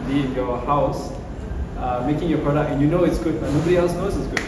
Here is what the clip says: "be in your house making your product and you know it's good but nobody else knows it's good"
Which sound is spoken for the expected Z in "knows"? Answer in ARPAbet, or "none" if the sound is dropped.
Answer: S